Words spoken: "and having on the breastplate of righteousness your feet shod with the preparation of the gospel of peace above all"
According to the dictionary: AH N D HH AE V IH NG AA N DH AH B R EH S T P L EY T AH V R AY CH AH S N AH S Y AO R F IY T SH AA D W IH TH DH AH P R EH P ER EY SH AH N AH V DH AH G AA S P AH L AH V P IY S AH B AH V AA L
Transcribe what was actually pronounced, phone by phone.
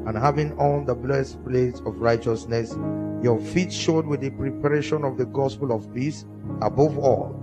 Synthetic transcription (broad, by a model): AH N HH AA V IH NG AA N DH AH B L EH S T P L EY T AH V R AY CH AH S N AH S Y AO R F IY T SH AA D W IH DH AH P R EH P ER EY SH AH N AH V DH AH G AA S P AH L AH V P IY S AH B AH V AA L